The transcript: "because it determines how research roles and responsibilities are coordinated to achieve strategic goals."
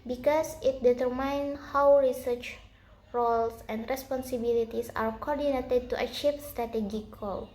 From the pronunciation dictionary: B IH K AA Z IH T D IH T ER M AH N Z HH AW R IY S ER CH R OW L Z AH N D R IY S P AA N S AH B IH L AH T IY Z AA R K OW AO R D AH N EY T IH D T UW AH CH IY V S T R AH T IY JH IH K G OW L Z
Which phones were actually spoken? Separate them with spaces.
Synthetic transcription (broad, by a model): B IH K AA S IH T D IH T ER M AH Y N HH AW R IY S ER CH R OW L S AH N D R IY S P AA N S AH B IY L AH T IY S AA R K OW AO R D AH N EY T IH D T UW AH CH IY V S T R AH T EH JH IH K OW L